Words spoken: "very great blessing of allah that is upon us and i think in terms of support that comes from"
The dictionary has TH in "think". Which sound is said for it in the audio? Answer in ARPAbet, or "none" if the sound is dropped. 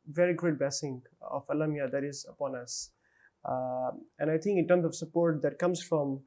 T